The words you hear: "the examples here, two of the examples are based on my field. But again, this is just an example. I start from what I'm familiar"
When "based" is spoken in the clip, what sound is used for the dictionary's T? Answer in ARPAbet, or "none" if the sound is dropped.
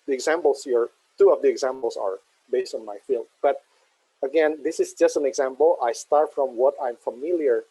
T